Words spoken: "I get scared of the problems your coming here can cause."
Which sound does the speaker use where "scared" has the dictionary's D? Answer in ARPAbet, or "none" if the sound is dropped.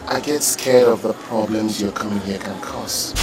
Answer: none